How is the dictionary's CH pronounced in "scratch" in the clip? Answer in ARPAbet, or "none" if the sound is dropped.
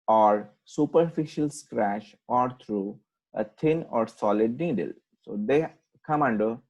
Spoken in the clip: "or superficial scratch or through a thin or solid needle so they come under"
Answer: SH